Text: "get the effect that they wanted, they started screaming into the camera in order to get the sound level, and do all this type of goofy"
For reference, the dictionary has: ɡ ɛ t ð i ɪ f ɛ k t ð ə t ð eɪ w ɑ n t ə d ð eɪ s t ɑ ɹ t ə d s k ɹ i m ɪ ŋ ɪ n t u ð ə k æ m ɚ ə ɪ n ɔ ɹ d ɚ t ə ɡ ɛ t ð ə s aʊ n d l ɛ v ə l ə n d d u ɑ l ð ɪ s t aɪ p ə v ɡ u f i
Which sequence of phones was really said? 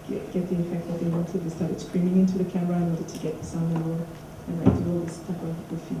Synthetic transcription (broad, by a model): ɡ ɛ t ð i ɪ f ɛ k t ð ə t ð eɪ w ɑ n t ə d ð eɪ s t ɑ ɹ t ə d s k ɹ i m ɪ ŋ ɪ n t u ð ə k æ m ɚ ə ɪ n ɔ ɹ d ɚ t ə ɡ ɛ t ð ə s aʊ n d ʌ ə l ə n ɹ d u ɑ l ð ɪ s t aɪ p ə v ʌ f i